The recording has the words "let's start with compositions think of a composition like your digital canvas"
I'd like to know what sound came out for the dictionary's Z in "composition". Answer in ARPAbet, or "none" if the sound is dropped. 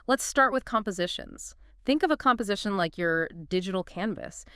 Z